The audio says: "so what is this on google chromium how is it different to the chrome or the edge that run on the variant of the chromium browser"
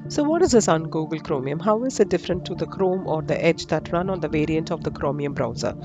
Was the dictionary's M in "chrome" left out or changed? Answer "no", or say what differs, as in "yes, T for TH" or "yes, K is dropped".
no